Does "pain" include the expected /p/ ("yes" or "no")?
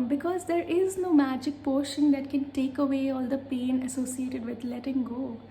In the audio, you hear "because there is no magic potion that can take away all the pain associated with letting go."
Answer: yes